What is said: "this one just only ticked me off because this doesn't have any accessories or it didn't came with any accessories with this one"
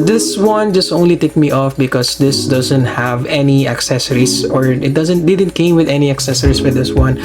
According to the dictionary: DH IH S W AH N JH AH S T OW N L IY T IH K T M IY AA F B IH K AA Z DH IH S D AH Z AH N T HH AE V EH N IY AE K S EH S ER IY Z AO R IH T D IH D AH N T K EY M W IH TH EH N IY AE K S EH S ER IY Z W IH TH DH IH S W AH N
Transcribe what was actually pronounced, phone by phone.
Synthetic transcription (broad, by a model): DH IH S W AH N JH AH S T OW N L IY T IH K M IY AA F B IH K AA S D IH S D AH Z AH N T HH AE V EH N IY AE K S EH S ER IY S AO R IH T D IH D AH N T K EY M W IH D EH N IY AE K S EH S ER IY S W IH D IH S W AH N